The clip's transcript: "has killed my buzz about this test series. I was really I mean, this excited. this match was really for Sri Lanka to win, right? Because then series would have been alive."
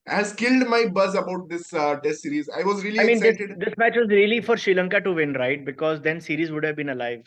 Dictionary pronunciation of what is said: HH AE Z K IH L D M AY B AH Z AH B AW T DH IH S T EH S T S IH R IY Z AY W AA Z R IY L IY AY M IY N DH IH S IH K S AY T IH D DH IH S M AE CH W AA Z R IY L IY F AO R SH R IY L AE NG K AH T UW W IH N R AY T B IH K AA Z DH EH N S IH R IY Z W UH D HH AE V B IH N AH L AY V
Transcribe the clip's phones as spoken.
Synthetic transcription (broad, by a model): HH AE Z K IH L D M AY B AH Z AH B AW T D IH S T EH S S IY R IY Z AY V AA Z R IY L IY AY M IY N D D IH S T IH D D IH S M AE CH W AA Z R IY L IY F AO R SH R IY L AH NG K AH T UW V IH N R AY T B IH K AA Z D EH N S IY R IY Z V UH D HH AE V B IH N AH L AY V